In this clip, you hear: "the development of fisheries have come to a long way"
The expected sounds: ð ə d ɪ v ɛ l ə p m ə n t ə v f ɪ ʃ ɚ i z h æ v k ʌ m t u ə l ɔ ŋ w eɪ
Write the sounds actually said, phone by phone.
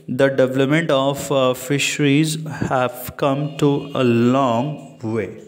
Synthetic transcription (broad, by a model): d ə d ɪ v ɛ l ə p m ə n t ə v f ɪ ʃ ɚ i z h æ v k ʌ m t u ə l ɔ ŋ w eɪ